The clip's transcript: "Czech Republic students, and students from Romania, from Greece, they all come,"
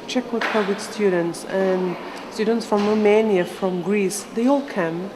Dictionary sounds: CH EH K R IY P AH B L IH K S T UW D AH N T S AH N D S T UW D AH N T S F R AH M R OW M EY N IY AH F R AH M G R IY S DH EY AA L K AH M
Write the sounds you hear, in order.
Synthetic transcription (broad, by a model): CH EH K W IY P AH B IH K S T UW D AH N T S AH N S T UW D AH N T S F R AH M R OW M EY N IY AH F R AH M G R IY S DH EY AA L K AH M